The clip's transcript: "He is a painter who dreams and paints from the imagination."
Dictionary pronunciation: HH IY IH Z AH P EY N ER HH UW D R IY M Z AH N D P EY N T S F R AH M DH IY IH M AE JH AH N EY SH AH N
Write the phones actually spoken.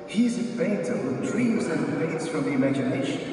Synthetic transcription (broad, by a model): HH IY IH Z AH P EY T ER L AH D R IY M Z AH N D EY T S F R AH M DH IY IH M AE JH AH N EY SH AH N